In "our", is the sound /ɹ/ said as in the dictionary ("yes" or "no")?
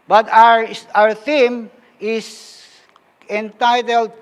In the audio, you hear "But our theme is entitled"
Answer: yes